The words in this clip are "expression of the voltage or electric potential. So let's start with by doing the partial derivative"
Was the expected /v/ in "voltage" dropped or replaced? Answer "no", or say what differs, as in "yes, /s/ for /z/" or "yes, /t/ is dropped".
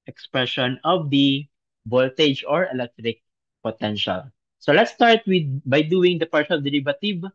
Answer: yes, /b/ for /v/